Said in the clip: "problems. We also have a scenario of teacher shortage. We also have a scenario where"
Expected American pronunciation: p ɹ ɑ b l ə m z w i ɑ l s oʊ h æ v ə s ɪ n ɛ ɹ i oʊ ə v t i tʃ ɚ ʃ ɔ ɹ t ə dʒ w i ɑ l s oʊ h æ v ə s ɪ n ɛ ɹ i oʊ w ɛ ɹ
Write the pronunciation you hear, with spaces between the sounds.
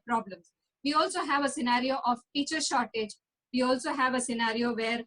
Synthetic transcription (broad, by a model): p ɹ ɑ b l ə m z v i ɑ l s oʊ h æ v ə s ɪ n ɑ ɹ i oʊ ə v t i tʃ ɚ ʃ ɔ ɹ t ə dʒ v i ɑ l s oʊ h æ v ə s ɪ n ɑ ɹ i oʊ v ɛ ɹ